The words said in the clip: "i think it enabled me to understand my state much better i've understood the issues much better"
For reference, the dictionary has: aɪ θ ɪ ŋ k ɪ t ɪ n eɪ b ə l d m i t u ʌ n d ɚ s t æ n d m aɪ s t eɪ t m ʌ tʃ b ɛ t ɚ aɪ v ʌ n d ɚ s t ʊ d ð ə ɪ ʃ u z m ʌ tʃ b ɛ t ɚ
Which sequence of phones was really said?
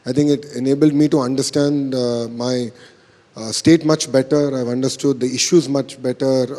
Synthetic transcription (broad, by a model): aɪ t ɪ ŋ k ɪ t ɪ n eɪ b ə l d m i t u ʌ n d ɚ s t æ n d m aɪ s t eɪ t m ʌ tʃ b ɛ t ɚ aɪ v ʌ n d ɚ s t ʊ d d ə ɪ ʃ u z m ʌ tʃ b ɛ t ɚ